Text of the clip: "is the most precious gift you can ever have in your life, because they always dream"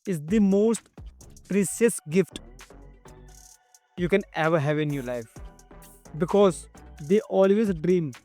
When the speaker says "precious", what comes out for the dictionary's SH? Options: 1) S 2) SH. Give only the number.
1